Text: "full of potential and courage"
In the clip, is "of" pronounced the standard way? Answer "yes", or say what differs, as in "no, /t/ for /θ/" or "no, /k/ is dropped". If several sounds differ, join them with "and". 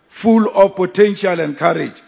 no, /f/ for /v/